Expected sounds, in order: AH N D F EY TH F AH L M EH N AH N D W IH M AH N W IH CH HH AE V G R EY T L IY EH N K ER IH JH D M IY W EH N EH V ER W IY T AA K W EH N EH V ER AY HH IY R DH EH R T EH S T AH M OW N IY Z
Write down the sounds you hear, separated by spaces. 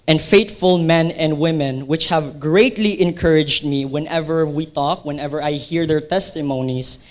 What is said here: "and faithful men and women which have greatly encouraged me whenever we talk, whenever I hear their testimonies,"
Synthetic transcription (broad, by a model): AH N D F EY T F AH L M EH N AH N D W IH M AH N W IH CH HH AE V G R EY T L IY EH N K ER IH JH D M IY W EH N EH V ER W IY T AA K W EH N EH V ER AY HH IY R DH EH R T EH S T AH M OW N IY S